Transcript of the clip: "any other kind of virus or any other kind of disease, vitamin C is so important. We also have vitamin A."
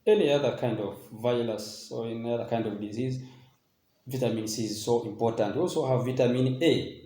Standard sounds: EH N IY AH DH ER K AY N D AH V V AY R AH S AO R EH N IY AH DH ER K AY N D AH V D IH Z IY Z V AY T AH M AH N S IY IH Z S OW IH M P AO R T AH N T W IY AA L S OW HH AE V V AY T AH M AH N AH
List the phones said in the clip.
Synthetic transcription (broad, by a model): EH N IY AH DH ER K AY N D AH V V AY L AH S AO R EH N IY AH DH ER K AY N D AH V D IH Z IY Z V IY T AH M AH N S IY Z S OW IH M P AO R T AH N T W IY AA L S OW HH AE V V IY T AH M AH N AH